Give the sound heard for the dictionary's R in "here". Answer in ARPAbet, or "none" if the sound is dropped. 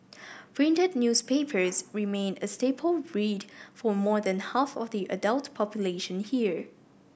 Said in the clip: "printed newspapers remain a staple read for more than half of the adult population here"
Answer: R